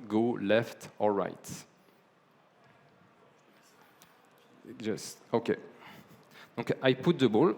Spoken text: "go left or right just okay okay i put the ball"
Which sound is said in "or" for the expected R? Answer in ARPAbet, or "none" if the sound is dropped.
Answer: L